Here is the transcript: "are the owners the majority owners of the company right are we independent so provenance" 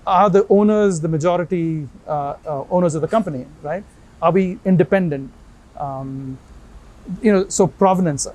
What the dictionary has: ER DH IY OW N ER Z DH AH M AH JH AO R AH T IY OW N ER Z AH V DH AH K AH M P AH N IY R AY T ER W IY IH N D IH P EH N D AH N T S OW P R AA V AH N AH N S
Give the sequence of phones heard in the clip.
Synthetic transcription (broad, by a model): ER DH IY OW N ER Z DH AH M AH JH AO R AH T IY OW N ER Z AH V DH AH K AH M P AH N IY R AY T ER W IY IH N D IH P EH N D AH N T S OW P R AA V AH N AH N S